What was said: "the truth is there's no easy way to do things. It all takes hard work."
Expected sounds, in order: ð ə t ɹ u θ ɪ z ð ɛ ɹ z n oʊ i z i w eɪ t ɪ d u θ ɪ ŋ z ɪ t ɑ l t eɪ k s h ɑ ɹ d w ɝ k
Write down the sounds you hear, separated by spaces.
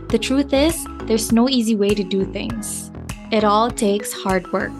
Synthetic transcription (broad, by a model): ð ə t ɹ u θ ɪ z ð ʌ ɹ z n oʊ i z i w eɪ t ɪ d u θ ɪ ŋ z ɪ t ɑ l t eɪ k s h ɑ ɹ d w ɝ k